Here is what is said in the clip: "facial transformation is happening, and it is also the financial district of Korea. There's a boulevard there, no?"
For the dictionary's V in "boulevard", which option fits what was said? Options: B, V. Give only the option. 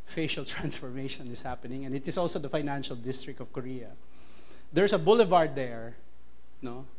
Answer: V